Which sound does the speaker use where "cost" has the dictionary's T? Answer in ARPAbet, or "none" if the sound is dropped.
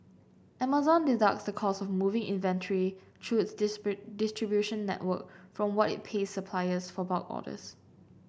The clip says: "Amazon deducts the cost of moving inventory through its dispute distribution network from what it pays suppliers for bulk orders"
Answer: none